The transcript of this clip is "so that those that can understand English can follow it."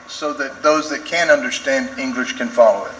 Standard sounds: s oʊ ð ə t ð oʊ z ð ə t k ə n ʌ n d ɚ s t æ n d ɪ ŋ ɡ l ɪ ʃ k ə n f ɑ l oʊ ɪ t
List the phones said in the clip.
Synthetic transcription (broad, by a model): s oʊ ð ə t ð oʊ z ð ə t k ə n ʌ n d ɚ s t æ n d ɪ ŋ ɡ l ɪ ʃ k ə n f ɑ l oʊ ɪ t